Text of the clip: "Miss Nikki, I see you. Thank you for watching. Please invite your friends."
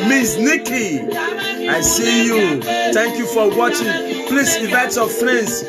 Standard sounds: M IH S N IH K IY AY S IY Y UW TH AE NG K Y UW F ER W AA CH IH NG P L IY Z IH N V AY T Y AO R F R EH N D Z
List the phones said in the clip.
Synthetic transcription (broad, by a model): M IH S N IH K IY AY S IY Y UW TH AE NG K Y UW F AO W AA CH IH NG P L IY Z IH V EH T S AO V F R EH N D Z